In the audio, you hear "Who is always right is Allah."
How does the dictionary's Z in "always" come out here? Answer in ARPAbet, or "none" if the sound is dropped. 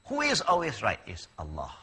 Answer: Z